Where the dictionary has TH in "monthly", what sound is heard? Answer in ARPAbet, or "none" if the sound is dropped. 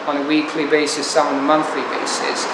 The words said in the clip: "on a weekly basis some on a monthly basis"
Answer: TH